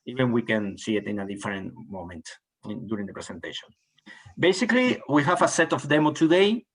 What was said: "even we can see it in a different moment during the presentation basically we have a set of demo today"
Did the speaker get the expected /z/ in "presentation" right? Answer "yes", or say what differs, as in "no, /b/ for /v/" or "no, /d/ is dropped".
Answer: no, /s/ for /z/